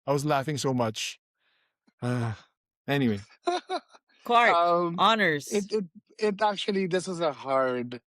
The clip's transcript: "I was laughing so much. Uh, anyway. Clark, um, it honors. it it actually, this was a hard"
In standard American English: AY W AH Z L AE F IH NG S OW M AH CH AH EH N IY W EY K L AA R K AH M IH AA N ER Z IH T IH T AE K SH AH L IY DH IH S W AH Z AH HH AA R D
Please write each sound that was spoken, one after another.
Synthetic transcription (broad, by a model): AY W AH Z L AE F IH NG S OW M AH CH AH EH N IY W EY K AA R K AH M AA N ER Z IH T IH T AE K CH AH L IY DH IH S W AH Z AH HH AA R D